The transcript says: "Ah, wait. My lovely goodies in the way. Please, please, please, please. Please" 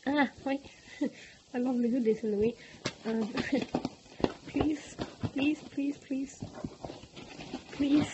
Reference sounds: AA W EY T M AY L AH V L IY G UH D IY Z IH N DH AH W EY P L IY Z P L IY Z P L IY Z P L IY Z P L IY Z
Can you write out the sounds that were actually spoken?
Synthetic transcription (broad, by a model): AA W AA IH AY L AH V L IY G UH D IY S IH N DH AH W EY P L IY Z P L IY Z P L IY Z P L IY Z P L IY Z